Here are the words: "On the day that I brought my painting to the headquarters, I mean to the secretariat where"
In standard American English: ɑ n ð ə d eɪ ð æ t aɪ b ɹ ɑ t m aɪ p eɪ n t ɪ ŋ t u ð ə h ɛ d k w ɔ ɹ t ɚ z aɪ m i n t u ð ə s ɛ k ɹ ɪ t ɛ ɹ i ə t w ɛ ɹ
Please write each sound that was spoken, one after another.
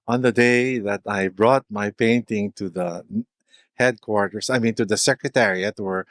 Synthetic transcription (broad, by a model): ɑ n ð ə d eɪ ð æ t aɪ b ɹ ɑ t m aɪ p eɪ n t ɪ ŋ t u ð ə h ɛ d k w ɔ ɹ t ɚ s aɪ m i n t u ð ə s ɛ k ɹ ɪ t ɛ ɹ i ə t w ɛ ɹ